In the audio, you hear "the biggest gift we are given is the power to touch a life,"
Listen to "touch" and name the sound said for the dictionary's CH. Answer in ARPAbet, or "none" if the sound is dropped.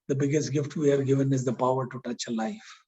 CH